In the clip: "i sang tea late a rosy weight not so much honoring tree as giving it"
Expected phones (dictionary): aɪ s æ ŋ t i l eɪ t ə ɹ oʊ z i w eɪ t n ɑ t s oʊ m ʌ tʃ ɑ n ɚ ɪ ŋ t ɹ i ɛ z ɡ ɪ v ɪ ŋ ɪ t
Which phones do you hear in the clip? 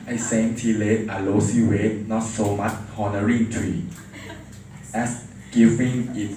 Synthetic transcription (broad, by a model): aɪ s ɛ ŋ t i l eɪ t ə l oʊ s i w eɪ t n ɑ t s oʊ m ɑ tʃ ɑ n ɚ ɪ ŋ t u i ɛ s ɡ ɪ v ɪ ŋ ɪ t